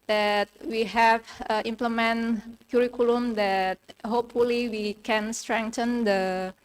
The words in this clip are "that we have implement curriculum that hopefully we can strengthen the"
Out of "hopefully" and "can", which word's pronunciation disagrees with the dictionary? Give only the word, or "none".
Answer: none